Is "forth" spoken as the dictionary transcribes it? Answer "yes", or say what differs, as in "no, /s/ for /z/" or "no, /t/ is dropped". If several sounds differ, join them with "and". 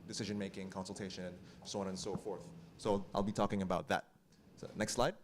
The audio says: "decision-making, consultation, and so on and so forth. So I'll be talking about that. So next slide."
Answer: yes